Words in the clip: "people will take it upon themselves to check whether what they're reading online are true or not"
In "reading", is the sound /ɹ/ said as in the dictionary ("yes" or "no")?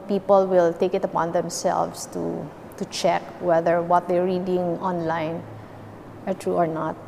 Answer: yes